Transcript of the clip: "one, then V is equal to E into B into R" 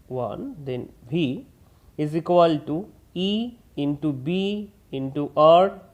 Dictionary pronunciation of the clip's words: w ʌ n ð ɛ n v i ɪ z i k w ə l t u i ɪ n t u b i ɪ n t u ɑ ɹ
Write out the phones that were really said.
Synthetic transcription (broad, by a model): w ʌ n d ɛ n b i ɪ z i k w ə l t u i ɪ n t u b i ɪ n t u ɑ ɹ